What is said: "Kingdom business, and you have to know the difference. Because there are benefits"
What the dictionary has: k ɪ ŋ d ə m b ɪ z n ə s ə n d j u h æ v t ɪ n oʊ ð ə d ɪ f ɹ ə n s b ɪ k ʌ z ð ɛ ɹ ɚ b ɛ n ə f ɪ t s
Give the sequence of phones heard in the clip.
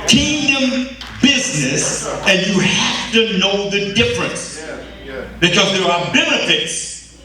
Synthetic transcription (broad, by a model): k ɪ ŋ d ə m b ɪ z n ə s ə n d j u h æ f t ɪ n oʊ ð ə d ɪ f ɹ ə n s b ɪ k ʌ z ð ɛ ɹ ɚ b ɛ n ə f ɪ t s